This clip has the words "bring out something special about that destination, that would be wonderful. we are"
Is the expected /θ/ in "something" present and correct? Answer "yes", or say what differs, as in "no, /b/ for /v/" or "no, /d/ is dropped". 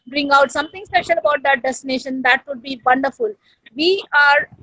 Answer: no, /t/ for /θ/